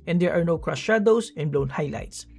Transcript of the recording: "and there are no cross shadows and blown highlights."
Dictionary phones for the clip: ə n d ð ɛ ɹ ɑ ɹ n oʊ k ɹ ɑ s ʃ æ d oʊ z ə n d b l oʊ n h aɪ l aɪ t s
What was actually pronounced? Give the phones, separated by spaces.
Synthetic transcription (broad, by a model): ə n d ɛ ɹ ɑ ɹ n oʊ k ɹ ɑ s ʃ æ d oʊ s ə n b l oʊ n h aɪ l aɪ t s